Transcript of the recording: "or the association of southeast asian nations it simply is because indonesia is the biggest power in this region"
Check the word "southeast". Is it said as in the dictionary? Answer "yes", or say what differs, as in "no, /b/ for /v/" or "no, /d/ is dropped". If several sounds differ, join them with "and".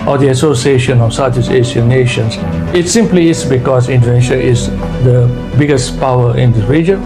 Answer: no, /t/ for /θ/ and /t/ is dropped